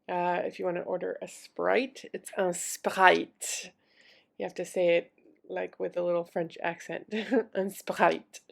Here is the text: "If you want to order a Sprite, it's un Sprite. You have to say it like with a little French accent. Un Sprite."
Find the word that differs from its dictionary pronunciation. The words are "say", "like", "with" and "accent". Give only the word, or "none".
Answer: none